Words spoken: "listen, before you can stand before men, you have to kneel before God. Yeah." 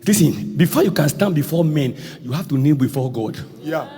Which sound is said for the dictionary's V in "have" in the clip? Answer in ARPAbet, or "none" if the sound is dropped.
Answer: F